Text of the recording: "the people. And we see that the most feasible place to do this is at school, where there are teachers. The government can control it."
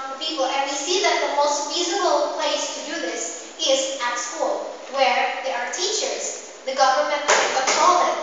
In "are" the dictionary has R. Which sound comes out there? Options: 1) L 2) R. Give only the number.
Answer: 2